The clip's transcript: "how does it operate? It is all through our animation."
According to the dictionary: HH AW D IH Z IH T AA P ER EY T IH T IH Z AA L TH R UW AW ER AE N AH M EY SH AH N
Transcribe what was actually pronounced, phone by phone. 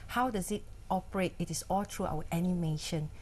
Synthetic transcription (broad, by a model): HH AW D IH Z IH T AA P ER EY T IH T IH S AA L T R UW AW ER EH N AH M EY SH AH N